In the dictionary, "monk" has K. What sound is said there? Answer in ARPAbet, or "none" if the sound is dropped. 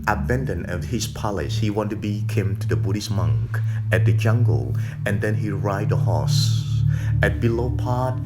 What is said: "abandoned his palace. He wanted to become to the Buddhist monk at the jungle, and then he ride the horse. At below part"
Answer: K